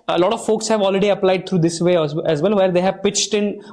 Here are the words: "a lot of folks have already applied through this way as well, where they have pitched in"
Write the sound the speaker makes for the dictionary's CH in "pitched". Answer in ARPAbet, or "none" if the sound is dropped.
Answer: CH